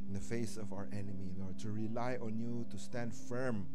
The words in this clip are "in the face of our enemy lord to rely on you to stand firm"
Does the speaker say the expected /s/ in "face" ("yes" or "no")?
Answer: yes